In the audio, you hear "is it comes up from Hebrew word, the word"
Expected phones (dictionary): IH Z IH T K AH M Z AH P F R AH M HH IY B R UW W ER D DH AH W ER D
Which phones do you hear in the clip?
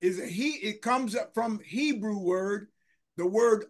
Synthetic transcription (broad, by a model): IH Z IH T K AH M Z AH P F R AH M HH IY B R UW W ER D DH AH W ER D